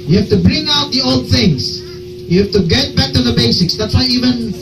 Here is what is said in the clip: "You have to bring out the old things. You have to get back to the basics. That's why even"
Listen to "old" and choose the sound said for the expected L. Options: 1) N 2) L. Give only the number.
2